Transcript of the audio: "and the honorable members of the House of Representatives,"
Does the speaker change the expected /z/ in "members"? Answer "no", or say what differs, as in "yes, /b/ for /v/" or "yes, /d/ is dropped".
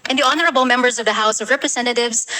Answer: no